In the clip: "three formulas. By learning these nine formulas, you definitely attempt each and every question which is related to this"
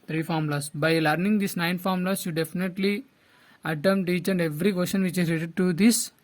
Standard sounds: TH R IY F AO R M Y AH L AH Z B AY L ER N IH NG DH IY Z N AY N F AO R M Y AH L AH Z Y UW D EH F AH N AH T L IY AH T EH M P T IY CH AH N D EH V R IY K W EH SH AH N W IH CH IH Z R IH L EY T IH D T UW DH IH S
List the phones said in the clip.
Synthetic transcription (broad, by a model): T R IY F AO R M L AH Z B AY L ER N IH NG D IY S N AY N F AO R M L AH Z Y UW D EH F AH N AH T L IY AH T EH M T IY CH AH N D EH V R IY K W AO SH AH N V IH CH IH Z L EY T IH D T UW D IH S